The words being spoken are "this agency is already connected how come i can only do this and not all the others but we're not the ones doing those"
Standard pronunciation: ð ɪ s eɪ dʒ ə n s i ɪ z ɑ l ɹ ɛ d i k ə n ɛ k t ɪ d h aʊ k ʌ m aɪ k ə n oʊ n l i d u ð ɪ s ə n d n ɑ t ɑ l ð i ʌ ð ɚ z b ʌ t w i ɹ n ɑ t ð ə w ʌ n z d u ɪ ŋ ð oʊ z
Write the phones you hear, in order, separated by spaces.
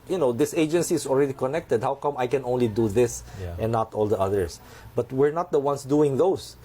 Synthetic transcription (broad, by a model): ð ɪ s eɪ dʒ ə n s i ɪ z ɑ l ɹ ɛ d i k ə n ɛ k t ɪ d h aʊ k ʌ m aɪ k ə n oʊ n l i d u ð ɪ s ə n n ɑ t ɑ l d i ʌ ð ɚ s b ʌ t w i ɹ n ɑ t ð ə w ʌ n s d u ɪ ŋ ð oʊ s